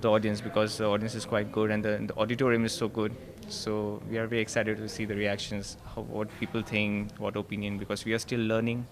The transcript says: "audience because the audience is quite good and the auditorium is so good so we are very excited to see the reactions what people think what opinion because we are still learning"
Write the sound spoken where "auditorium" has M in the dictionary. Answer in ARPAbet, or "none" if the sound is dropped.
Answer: M